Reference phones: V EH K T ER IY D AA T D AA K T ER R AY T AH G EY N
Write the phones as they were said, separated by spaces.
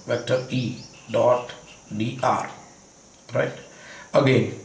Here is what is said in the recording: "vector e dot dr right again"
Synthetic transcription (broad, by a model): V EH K T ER IY D AA T D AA T R AY T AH G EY N